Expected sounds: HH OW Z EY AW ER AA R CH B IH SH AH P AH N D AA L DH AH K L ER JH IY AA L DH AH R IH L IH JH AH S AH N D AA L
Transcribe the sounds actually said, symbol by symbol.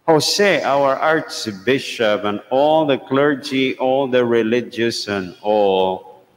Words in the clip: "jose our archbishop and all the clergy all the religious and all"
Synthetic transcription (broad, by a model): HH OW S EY AW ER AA R S B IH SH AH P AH N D AA L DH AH K L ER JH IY AA L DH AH R IH L IH JH AH S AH N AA L